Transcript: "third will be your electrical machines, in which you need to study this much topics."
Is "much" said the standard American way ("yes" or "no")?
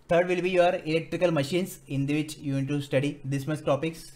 no